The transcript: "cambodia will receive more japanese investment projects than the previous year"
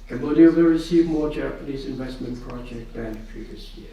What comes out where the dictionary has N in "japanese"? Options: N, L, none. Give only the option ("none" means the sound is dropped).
N